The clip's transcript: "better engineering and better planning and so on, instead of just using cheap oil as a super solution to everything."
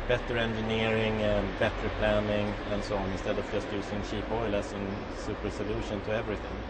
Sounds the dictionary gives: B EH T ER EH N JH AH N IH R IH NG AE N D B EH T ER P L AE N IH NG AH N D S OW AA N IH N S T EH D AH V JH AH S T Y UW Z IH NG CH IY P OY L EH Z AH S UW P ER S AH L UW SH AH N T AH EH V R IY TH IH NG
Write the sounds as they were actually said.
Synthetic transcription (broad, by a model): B EH T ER EH N JH AH N IH R IH NG B EH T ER P L AE N IH NG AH N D S OW AA N IH N S T EH D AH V JH AH S T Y UW S IH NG SH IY P OY L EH S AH S UW P ER S AH L UW SH AH N T AH EH V R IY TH IH NG